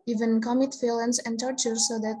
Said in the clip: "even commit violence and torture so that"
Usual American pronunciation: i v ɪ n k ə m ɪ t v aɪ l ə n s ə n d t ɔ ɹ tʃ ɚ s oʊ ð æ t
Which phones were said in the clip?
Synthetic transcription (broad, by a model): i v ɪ n k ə m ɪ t f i l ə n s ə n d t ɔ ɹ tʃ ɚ s oʊ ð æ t